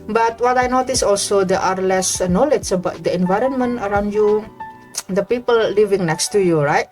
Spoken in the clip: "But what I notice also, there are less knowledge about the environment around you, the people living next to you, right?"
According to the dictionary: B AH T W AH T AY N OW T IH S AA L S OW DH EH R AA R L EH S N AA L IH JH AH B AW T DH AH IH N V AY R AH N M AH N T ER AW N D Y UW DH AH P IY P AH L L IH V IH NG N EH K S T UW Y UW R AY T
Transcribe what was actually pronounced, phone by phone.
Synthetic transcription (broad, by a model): B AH T W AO T AY N OW T IH S AA L S OW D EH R AA R L EH S N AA L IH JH AH B AW T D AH IH N V AY R AH N M AH N T ER AW N D Y UW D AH P IY P AH L L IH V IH NG N EH K S T UW Y UW R AY T